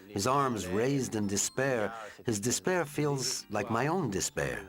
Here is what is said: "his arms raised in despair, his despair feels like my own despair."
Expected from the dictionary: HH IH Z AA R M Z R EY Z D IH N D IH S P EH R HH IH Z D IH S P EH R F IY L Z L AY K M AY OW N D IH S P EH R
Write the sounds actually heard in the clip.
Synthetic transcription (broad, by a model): HH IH Z AA R M Z R EY Z D IH N D IH S P EH R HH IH Z D IH S P EH R F IY L Z L AY K M AY OW N D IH S P EH R